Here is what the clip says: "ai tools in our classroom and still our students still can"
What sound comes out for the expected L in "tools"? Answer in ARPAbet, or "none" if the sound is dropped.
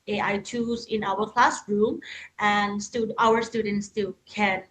none